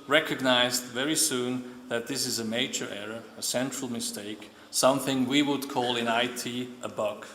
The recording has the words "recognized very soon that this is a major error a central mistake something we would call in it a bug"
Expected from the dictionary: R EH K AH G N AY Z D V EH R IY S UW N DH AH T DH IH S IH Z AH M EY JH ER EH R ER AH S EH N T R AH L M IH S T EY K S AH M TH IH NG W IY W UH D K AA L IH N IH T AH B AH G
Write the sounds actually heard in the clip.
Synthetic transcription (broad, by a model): R EH K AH G N AY Z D V EH R IY S UW N DH AH T DH IH S IH Z AH M EY JH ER EH R ER AH S EH N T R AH L M IH S T EY K S AH M TH IH NG W IY W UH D K AA L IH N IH T AH B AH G